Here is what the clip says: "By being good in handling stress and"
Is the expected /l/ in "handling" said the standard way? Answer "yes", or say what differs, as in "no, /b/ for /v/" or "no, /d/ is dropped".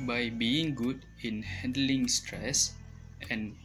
yes